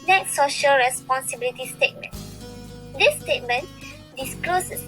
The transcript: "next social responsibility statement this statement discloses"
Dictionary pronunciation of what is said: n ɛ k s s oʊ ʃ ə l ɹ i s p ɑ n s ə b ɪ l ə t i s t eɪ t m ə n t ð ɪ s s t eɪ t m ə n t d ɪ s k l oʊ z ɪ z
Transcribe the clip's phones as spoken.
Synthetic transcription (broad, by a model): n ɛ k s s oʊ ʃ ə l ɹ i s p ɑ n s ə b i l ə t i s t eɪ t m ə n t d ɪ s s t eɪ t m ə n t d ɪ s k l oʊ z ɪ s